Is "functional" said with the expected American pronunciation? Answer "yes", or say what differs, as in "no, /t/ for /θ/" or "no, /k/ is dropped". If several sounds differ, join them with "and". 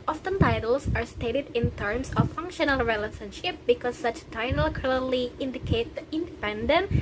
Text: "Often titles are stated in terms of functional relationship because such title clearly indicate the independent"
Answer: yes